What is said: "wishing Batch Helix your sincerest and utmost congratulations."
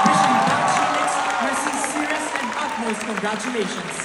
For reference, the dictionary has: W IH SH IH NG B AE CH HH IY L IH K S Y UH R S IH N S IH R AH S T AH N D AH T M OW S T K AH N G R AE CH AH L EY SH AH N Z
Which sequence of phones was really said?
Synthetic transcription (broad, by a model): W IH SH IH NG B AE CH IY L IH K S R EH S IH S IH R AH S AH N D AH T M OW S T K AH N G R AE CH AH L EY SH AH N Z